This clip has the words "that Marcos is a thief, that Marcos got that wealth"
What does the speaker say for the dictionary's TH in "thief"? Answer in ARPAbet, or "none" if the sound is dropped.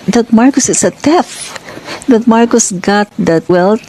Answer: T